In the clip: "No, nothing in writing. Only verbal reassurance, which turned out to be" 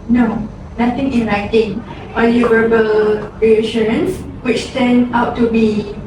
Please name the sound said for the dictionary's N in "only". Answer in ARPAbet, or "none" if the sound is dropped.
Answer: none